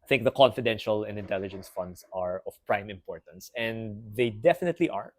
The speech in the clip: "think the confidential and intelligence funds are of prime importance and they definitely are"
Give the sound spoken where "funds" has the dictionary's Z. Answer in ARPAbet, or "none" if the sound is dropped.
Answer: S